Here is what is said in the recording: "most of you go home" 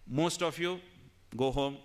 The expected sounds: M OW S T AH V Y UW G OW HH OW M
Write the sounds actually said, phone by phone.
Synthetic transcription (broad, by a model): M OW S T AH P Y UW G OW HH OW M